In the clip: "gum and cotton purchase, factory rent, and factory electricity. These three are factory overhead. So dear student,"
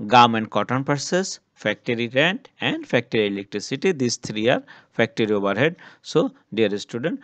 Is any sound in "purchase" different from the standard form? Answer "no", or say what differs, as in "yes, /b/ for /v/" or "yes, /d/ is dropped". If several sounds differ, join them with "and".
yes, /s/ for /tʃ/